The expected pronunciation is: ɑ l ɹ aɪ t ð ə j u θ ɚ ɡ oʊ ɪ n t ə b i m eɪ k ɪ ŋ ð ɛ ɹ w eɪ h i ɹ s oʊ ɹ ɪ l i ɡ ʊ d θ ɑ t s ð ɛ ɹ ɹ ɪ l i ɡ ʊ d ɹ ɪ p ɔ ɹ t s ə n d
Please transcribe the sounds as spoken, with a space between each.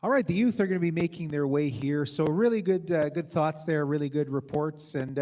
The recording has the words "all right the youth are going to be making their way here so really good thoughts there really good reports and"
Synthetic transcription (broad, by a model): ɑ l ɹ aɪ t ð ə j u θ ɚ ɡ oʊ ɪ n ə b i m eɪ k ɪ ŋ ð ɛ ɹ w eɪ h i ɹ s oʊ ɹ ɪ l i ɡ ʊ d θ ɑ t s ð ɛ ɹ ɹ ɪ l i ɡ ʊ d ɹ ɪ p ɔ ɹ t s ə n